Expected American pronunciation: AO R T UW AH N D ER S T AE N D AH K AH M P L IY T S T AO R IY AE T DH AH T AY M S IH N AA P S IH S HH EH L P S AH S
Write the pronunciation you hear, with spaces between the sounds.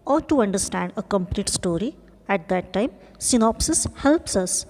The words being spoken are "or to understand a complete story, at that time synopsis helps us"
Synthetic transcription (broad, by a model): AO R T UW AH N D ER S T AE N D AH K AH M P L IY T S T AO R IY AE T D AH T AY M S IH N AA P S IH S HH EH L P S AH S